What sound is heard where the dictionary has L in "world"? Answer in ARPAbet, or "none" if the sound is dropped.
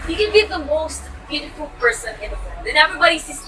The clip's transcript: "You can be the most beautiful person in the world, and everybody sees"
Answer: none